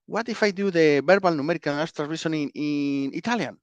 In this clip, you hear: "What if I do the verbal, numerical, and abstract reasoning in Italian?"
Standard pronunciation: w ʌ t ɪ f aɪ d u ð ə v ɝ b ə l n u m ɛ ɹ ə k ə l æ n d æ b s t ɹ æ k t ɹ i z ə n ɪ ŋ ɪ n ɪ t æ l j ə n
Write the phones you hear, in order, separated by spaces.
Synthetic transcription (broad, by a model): w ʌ t ɪ f aɪ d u ð ə b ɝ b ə l n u m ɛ ɹ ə k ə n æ s t ɹ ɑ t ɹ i s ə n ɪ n ɪ n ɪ t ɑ l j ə n